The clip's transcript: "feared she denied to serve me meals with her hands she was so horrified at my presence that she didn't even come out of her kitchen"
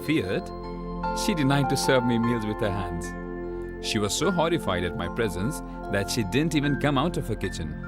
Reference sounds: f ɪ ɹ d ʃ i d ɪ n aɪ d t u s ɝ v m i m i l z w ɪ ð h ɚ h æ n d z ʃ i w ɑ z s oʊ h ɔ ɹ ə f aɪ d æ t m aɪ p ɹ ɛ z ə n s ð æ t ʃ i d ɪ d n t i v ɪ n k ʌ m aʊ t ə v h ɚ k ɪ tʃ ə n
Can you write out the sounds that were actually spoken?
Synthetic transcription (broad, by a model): f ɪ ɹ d ʃ i d ɪ n aɪ d t u s ɝ v m i m i l z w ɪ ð h ɚ h æ n d z ʃ i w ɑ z s oʊ h ɔ ɹ ə f aɪ d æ t m aɪ p ɹ ɛ z ə n s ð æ t ʃ i d ɪ d n t i v ɪ n k ʌ m aʊ t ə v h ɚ k ɪ tʃ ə n